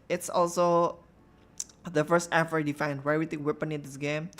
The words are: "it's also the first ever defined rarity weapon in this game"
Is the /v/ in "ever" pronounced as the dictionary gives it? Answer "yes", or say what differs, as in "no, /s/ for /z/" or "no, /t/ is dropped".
no, /f/ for /v/